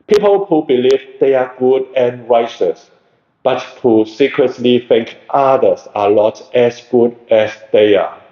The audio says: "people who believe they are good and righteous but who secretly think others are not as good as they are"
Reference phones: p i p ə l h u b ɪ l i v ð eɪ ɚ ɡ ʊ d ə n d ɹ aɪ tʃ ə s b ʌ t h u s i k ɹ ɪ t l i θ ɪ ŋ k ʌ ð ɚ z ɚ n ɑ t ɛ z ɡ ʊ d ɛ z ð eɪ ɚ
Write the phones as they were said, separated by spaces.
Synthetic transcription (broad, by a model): p i p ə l h u b ɪ l i v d eɪ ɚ ɡ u d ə n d ɹ aɪ tʃ ə s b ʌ t h u s i k ɹ ɪ t l i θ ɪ ŋ k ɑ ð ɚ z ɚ l ɑ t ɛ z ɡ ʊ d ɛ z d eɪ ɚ